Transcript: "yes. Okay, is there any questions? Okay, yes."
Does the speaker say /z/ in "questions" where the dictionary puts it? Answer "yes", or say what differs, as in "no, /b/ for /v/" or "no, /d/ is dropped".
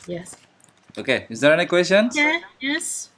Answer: no, /z/ is dropped